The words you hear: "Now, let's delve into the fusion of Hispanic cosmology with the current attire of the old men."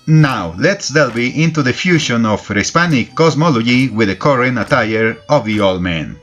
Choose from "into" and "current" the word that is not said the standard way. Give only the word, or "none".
current